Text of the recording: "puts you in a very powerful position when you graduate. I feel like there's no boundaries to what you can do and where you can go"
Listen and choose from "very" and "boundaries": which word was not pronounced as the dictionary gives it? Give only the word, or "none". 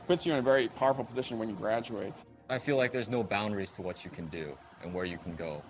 none